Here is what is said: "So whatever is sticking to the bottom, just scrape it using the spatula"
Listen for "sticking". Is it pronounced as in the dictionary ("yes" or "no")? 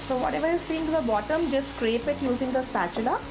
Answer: no